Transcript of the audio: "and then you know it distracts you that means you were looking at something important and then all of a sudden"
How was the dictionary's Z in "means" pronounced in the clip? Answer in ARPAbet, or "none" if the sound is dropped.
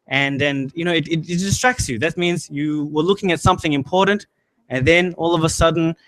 Z